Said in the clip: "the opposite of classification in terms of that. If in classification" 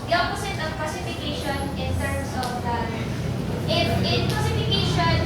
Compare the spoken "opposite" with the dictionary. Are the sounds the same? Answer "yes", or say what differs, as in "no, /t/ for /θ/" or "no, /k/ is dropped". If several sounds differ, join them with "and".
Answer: no, /s/ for /z/